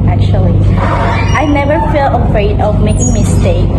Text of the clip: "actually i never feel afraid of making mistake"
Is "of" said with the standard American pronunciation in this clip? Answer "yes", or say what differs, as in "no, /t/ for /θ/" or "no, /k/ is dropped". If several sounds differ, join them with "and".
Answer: yes